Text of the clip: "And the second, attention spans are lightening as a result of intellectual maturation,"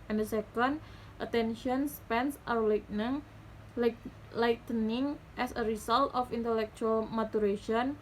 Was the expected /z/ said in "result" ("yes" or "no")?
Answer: no